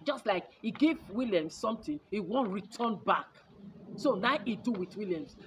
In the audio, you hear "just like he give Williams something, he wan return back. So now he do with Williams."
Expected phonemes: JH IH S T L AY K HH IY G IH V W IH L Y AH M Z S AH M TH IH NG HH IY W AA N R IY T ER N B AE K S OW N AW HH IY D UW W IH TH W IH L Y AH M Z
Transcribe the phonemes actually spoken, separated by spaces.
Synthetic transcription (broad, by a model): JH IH S T L AY K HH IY G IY V W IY L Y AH M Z S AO M T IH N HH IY W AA N R IY T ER N B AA K S OW N AW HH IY D UW W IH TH W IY L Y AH M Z